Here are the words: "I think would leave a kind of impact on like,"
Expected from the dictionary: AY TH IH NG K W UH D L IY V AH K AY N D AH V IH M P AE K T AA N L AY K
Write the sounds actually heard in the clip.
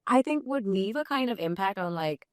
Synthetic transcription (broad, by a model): AY TH IH NG K W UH D N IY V AH K AY N D AH V IH M P AE K T N L AY K